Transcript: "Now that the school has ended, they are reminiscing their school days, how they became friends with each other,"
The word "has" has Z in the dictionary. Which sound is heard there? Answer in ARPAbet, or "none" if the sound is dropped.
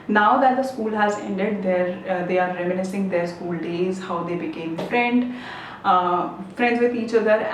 Z